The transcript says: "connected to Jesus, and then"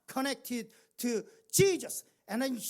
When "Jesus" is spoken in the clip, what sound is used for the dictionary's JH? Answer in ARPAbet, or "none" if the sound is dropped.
CH